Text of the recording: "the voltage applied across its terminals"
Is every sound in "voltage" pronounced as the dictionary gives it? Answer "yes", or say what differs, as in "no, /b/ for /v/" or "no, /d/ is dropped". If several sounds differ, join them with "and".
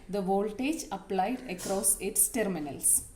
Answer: yes